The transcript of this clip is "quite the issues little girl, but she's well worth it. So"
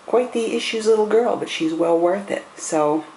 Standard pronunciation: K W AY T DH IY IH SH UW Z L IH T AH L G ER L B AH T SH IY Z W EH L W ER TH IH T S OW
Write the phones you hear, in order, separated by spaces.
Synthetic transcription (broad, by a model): K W AY T DH IY IH SH UW Z L IH T L G ER L B AH T SH IY Z W EH L W ER TH IH T S OW